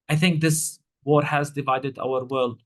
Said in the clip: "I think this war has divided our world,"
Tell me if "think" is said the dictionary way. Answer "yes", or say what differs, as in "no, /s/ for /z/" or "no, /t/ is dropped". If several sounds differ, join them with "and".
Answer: yes